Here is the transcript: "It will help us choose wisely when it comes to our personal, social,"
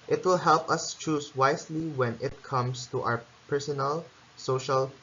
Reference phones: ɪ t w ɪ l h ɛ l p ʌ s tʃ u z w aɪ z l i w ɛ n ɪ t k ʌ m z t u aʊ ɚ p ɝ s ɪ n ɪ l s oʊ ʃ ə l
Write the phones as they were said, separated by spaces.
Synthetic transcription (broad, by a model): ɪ t w ɪ l h ɛ l p ʌ s tʃ u s w aɪ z l i w ɛ n ɪ t k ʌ m s t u aʊ ɚ p ɝ s ɪ n ɪ l s oʊ ʃ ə l